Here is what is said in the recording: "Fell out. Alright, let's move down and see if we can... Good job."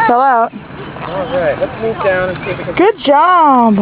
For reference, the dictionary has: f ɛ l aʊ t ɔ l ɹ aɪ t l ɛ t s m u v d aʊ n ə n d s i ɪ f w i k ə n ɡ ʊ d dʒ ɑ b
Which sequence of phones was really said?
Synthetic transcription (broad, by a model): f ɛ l aʊ t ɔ ɹ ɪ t l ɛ t s m u v d aʊ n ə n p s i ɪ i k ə ɡ ʊ d dʒ ɑ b